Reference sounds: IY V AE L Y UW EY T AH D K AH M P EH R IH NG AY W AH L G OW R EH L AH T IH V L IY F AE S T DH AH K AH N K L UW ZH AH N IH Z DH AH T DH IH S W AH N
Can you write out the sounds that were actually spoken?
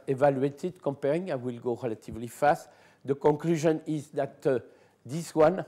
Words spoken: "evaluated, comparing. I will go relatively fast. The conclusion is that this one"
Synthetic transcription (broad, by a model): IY V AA L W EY T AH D K AH M P EH R IH NG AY W AH L G OW R EH L AH T IH V L IY F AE S T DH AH K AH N K L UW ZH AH N IH Z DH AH T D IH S W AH N